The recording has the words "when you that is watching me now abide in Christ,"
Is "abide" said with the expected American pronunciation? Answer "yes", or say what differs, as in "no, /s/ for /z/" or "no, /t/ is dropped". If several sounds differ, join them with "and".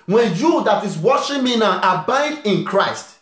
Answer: yes